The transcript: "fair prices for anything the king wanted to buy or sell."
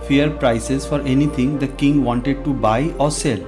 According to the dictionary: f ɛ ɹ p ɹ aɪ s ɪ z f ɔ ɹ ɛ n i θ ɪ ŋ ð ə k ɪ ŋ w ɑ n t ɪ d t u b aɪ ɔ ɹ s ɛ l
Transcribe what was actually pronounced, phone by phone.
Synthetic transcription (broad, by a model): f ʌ ɹ p ɹ aɪ s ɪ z f ɔ ɹ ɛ n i t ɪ ŋ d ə k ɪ ŋ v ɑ n t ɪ d t u b aɪ ɔ ɹ s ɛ l